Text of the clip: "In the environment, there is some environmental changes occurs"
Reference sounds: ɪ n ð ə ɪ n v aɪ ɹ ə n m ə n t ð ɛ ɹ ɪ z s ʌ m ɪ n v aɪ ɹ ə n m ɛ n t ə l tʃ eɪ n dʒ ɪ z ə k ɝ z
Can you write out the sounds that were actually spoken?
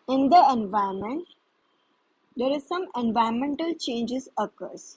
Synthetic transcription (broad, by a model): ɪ n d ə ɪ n v aɪ ə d m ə n t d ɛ ɹ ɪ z s ʌ m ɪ n v aɪ ə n m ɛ n t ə l tʃ eɪ n dʒ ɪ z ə k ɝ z